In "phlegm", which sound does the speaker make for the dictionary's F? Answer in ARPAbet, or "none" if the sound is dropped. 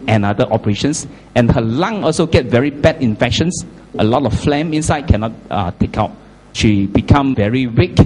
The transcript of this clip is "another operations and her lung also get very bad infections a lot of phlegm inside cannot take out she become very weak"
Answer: F